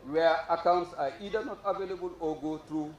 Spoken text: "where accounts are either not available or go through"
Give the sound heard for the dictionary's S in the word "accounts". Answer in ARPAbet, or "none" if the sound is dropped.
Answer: S